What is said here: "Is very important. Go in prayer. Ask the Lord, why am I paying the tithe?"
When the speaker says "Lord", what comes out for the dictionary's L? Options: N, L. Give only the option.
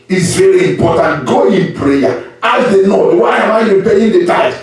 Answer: N